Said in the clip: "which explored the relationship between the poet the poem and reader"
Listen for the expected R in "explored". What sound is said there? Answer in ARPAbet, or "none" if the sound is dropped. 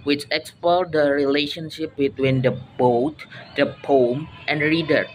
L